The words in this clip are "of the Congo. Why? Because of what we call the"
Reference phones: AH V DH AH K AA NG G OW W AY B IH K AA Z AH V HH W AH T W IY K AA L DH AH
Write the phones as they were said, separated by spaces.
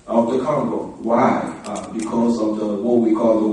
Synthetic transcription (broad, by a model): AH V DH AH K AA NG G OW W AY B IH K AA Z AH V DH W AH T W IY K AA L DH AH